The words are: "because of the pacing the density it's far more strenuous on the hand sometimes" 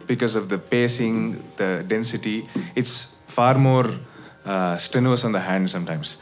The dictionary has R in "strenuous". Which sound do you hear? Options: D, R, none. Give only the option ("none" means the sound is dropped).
none